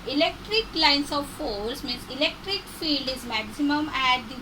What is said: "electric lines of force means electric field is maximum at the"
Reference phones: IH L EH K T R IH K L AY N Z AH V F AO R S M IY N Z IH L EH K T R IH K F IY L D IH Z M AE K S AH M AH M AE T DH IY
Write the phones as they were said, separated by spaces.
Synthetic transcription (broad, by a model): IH L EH K T R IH K L AY N S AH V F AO L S M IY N S IH L EH K T R IH K F IY L D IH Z M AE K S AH M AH M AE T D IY